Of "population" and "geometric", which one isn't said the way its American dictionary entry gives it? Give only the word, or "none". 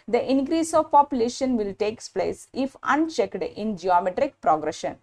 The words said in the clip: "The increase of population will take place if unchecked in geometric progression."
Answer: none